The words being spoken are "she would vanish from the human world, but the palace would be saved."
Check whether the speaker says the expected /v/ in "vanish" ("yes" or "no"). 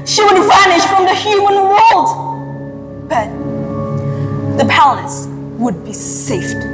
yes